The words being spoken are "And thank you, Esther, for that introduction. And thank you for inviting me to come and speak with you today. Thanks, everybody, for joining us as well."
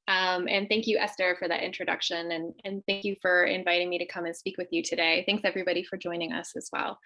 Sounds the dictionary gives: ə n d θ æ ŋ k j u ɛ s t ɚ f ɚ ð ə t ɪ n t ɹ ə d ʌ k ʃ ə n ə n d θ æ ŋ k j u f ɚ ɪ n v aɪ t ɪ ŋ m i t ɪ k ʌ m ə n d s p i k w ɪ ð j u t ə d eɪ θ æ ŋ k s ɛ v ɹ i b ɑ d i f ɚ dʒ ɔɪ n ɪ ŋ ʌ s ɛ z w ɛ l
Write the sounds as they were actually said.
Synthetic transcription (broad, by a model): ə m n θ æ ŋ k j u ɛ s t ɚ f ɚ ð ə t ɪ n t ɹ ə d ʌ k ʃ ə n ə n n θ æ ŋ k j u f ɚ ɪ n v aɪ t ɪ ŋ m i t ɪ k ʌ m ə n s p i k w ɪ ð j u t ə d eɪ θ æ ŋ k s ɛ v ɹ i b ɑ d i f ɚ dʒ ɔɪ n ɪ ŋ ʌ s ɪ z w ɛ l